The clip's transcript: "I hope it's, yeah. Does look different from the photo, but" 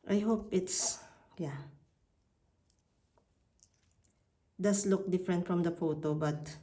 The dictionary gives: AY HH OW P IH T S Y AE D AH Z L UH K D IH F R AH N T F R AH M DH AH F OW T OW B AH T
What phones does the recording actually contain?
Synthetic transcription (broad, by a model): AY HH OW P IH T S Y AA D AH S L UH K D IH F R AH N T F R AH M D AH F OW T OW B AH T